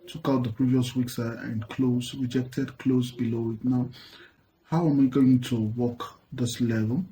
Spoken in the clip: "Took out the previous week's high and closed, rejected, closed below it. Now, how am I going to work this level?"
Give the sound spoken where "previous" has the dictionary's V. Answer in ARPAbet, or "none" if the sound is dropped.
V